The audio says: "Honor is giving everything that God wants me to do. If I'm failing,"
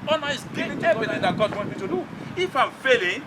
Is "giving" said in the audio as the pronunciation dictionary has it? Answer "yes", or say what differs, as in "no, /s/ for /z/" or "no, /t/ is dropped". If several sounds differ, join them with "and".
no, /v/ is dropped